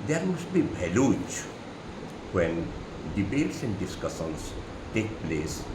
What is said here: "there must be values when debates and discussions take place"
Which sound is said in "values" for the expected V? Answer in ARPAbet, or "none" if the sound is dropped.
B